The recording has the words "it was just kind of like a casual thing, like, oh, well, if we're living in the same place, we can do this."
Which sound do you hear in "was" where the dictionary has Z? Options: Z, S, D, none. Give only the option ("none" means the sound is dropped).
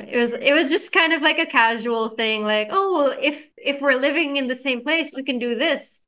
Z